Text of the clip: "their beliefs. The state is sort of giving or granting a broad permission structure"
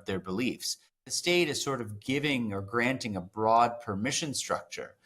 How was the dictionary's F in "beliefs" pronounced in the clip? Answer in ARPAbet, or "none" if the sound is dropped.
F